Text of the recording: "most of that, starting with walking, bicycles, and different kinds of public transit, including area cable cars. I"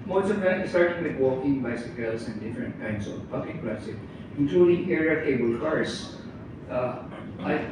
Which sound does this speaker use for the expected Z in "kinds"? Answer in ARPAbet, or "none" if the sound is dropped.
S